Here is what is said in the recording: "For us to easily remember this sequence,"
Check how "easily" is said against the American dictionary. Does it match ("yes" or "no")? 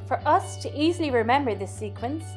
yes